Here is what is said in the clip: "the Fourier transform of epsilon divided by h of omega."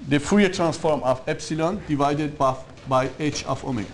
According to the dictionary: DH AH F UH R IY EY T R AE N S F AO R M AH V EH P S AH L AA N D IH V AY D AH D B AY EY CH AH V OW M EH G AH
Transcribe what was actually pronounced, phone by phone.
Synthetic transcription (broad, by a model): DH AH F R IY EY T R AE N S F AO R M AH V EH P S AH L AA N D IH V AY D AH D B AY EY CH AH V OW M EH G